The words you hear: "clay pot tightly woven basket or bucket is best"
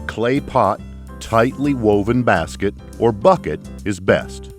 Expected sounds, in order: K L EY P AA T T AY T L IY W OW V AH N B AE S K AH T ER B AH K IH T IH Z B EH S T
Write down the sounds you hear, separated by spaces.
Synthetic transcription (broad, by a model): K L EY P AA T T AY T L IY W OW V AH N B AE S K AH T ER B AH K IH T IH Z B EH S T